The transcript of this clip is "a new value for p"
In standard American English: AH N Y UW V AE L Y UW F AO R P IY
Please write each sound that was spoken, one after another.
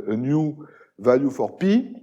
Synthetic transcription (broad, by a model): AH N Y UW V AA Y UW F AO R P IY